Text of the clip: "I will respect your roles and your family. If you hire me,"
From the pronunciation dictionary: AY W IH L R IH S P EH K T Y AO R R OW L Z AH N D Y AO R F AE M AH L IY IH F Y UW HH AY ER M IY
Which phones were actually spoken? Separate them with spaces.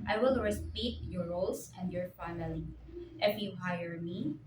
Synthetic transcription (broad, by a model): AY W IH L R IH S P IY T Y AO R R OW L S AH N D Y AO R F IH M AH L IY IH F Y UW HH AY ER M IY